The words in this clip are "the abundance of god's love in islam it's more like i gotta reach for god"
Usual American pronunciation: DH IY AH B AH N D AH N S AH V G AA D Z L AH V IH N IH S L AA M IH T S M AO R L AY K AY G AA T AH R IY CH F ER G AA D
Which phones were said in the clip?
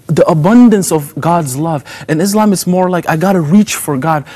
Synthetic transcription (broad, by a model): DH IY AH B AH N D AH N S AH V G AA D Z L AH V IH N IH S L AA M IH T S M AO R L AY K AY G AA T AH R IY CH F ER G AA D